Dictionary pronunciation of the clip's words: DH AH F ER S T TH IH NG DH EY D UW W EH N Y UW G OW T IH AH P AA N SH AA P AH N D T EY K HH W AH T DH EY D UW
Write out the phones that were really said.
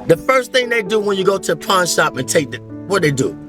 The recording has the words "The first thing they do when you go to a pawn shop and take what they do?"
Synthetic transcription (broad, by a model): DH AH F ER S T TH IH NG DH EY D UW W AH N Y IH G OW T IH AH P AA N SH AA P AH N T EY K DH W AH T DH EY D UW